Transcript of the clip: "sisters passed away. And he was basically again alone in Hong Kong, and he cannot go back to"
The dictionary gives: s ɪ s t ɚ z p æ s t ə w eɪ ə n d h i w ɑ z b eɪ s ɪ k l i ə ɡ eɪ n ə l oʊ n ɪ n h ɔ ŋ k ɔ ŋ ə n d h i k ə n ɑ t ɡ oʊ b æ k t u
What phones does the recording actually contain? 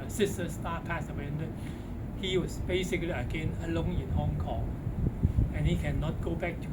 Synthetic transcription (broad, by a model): s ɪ s t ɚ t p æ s ə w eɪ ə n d h i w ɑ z b eɪ s ɪ k l i ə ɡ eɪ n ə l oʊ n ɪ n h ɔ ŋ k ɔ ŋ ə n h i k ə n ɑ t ɡ oʊ b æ k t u